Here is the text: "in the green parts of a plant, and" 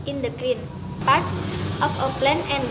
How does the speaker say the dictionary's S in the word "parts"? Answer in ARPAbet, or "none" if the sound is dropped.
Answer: none